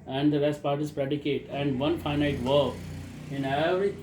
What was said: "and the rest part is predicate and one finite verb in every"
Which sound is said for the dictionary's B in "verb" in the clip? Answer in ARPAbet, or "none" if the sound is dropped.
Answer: none